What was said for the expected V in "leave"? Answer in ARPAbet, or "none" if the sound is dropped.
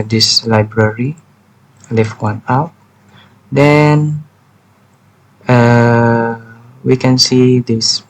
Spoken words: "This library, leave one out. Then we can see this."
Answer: F